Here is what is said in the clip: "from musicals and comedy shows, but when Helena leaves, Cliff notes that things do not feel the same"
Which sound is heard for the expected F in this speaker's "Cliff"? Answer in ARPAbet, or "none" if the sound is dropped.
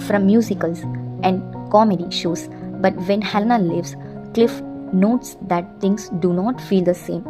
F